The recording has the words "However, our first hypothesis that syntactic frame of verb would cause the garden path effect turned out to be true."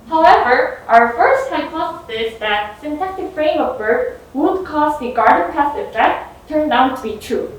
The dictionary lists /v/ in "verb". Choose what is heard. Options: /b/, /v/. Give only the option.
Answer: /b/